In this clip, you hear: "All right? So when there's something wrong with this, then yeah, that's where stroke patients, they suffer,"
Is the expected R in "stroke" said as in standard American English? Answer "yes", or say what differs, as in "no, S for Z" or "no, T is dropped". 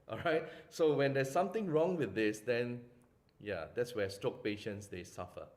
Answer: no, R is dropped